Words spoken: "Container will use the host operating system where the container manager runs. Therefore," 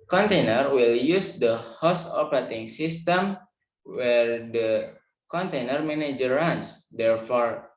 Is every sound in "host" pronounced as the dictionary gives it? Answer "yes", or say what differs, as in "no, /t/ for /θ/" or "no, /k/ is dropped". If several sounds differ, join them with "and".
no, /t/ is dropped